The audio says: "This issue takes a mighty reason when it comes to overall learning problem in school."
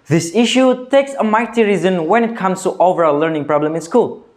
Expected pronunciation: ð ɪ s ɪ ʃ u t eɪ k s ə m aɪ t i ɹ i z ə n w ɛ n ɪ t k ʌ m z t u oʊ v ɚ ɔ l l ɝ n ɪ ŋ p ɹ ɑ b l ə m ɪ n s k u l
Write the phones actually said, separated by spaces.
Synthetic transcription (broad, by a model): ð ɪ s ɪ ʃ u t eɪ k s ə m aɪ t i ɹ i z ə n w ɛ n ɪ t k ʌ m s t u oʊ v ɚ ɔ l l ɝ n ɪ ŋ p ɹ ɑ b l ə m ɪ n s k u l